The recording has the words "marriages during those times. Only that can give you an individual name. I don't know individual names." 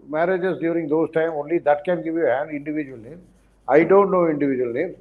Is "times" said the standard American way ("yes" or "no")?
no